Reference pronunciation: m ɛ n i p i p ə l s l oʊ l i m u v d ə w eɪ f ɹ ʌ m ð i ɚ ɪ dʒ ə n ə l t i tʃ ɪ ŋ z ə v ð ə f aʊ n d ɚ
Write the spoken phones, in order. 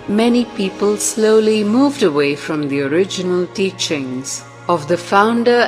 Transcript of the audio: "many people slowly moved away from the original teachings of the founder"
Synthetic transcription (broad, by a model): m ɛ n i p i p ə l s l oʊ l i m u v d ə w eɪ f ɹ ʌ m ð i ɚ ɪ dʒ ə n ə l t i tʃ ɪ ŋ z ə v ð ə f aʊ n d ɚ